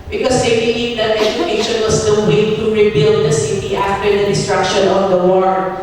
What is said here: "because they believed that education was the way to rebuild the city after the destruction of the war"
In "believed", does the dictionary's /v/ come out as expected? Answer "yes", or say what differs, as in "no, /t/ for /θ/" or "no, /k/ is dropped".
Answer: no, /v/ is dropped